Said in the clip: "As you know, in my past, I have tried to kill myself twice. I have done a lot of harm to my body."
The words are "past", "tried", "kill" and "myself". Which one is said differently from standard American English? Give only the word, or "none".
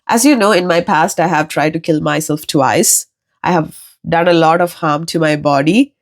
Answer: none